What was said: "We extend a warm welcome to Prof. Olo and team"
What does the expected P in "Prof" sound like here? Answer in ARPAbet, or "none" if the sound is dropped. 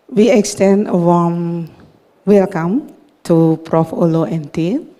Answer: P